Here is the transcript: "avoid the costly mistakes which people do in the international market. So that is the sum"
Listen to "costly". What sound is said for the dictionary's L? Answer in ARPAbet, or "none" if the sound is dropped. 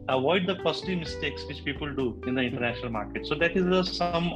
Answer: none